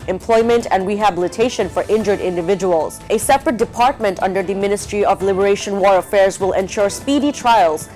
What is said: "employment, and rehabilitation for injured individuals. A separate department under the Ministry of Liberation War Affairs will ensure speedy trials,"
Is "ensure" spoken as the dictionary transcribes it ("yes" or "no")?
yes